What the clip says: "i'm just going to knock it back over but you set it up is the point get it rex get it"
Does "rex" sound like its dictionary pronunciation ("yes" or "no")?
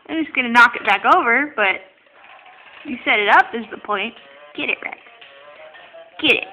no